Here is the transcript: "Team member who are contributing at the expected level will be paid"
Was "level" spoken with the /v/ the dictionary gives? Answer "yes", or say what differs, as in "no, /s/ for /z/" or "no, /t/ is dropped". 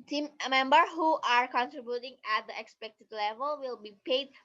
yes